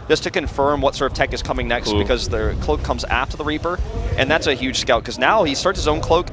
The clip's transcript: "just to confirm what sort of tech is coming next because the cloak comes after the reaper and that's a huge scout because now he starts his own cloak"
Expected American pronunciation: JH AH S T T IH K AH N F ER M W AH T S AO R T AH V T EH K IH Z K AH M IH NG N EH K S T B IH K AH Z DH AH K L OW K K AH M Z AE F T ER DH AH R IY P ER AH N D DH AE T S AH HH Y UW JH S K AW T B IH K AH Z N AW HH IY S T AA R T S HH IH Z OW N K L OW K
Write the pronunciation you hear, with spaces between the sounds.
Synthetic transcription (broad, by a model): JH AH S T T IH K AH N F ER M W AH T S AO R T AH V T EH K IH Z K AH M IH NG N EH K S T B IH K AH Z DH AH K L OW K K AH M Z AE F T ER DH AH R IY P ER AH N DH AE T S AH HH Y UW JH S K AW T K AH Z N AW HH IY S T AA R T S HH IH Z OW N K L OW K